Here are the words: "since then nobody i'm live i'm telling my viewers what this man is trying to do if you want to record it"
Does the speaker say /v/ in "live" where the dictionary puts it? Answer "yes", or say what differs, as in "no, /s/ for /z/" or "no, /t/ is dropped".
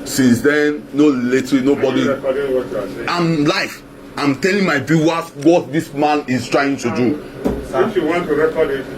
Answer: no, /f/ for /v/